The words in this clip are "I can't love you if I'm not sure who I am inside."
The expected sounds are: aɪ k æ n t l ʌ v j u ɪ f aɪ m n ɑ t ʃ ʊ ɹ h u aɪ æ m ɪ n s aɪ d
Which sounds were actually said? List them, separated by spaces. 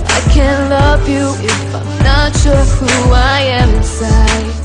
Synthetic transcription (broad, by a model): aɪ k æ n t l ʌ v j u ɪ f aɪ m n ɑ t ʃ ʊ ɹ h u aɪ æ m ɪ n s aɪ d